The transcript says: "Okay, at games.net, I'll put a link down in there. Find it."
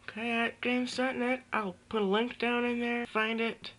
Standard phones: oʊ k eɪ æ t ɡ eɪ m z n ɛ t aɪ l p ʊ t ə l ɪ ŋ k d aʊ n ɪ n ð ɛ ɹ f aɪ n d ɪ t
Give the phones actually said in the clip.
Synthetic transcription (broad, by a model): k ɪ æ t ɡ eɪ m s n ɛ t aɪ l p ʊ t l ɪ ŋ k d aʊ n ɪ n ð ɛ ɹ f aɪ n d ɪ t